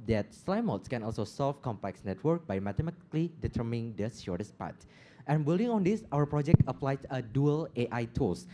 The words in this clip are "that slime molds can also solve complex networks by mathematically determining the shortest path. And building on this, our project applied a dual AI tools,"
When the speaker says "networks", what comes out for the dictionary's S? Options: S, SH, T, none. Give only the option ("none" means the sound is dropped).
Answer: none